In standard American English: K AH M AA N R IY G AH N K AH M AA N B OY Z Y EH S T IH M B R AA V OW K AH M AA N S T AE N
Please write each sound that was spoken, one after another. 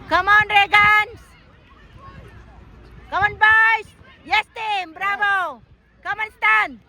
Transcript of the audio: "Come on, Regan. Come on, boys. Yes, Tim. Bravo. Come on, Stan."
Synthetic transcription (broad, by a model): K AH M AA N R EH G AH N K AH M AA N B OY S Y EH S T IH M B R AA B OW K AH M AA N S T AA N